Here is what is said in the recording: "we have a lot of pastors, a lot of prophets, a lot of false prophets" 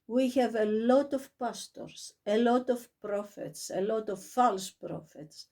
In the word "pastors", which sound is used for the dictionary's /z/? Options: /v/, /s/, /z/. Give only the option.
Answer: /s/